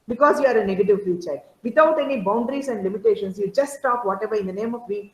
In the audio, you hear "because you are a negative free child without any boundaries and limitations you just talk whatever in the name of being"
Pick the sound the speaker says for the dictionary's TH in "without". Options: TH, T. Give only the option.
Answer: T